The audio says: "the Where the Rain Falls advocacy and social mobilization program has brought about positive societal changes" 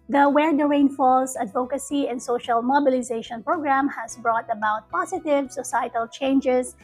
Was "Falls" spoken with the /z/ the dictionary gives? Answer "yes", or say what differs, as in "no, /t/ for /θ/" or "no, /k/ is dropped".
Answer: no, /s/ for /z/